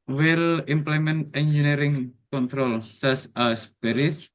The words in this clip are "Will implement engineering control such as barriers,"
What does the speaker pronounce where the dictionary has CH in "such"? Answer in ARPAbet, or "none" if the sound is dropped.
S